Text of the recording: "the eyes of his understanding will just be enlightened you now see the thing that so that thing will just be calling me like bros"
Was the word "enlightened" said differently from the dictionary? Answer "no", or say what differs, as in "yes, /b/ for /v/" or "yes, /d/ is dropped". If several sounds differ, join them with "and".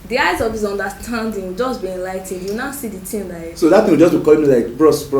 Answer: no